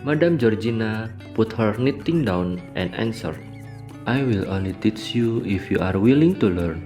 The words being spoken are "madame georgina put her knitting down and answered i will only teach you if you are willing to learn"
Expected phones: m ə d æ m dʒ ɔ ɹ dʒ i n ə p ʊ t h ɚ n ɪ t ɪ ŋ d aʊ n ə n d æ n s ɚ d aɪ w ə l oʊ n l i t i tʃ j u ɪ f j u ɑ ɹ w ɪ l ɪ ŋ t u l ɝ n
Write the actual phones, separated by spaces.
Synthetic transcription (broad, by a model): m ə d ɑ m dʒ ɔ ɹ dʒ i n ə p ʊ t h ɚ n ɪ t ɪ ŋ d aʊ n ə n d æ n s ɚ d aɪ w ə l oʊ n l i t i tʃ j u ɪ f j u ɑ ɹ w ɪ l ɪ ŋ t u l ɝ n